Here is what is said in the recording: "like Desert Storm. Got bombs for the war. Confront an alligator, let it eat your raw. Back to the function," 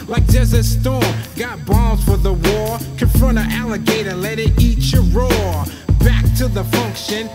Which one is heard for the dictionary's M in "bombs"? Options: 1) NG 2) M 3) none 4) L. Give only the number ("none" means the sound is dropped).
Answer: 3